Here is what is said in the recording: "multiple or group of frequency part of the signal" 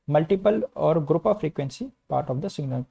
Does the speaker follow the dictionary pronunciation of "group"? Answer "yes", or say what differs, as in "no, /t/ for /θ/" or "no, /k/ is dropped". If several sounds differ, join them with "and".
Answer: yes